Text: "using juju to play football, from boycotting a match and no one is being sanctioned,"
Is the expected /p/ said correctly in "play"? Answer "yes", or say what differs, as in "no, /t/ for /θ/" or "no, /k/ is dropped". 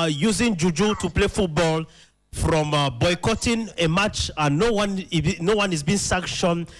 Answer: yes